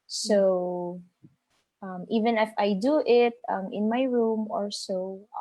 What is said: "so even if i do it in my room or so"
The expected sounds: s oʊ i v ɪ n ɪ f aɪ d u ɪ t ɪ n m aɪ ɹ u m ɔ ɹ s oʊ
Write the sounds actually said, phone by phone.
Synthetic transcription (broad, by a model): s oʊ i v ɪ n ɪ f aɪ d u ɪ t ɪ n m aɪ ɹ u m ɔ ɹ s oʊ